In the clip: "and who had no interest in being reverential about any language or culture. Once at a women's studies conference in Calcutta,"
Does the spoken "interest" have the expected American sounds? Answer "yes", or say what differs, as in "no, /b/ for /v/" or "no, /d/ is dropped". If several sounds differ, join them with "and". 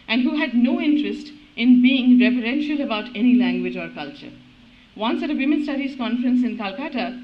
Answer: yes